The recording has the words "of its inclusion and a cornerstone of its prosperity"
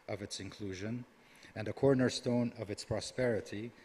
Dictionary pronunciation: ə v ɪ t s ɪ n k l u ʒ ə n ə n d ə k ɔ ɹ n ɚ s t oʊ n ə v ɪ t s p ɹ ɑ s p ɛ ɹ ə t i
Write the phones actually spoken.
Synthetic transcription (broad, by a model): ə v ɪ t s ɪ n k l u ʒ ə n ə n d ə k ɔ ɹ n ɚ s t oʊ n ə v ɪ t s p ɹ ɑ s p ɛ ɹ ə t i